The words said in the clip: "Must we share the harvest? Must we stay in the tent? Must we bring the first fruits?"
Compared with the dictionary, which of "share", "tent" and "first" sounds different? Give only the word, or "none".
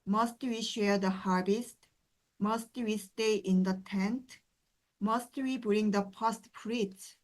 first